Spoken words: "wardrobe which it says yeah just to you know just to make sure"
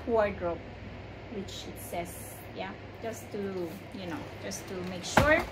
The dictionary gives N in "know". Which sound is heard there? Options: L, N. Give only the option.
N